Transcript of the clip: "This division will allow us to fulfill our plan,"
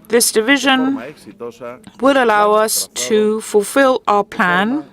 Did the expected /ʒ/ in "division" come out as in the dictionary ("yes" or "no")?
yes